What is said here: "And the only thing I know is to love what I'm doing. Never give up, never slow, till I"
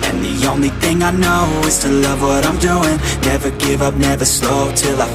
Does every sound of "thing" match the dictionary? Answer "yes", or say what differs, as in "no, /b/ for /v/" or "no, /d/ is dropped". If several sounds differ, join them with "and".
yes